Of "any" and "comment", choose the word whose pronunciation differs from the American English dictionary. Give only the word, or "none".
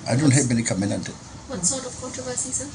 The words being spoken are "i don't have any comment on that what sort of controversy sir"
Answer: comment